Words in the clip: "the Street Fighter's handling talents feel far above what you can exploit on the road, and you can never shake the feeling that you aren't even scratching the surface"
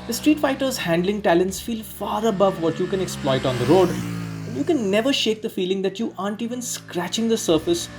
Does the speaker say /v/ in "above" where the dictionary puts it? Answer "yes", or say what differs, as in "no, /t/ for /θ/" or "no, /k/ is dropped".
yes